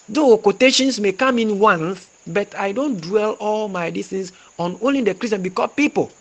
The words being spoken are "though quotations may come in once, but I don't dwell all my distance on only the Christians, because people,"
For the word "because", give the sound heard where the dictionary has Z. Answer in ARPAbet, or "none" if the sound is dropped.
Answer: none